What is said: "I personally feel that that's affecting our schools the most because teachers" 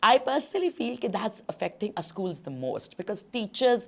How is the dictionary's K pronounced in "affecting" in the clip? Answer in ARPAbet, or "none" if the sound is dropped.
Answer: K